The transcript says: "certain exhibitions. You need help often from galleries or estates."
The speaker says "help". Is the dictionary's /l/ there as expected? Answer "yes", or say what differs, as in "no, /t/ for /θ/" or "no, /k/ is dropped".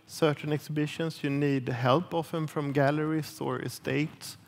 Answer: yes